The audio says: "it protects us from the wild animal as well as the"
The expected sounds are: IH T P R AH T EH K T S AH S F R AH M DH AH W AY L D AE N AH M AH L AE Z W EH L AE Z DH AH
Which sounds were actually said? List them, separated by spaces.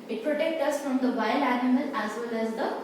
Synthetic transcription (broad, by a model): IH T P R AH T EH K T AH S F R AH M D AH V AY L AE N AH M AH L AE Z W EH L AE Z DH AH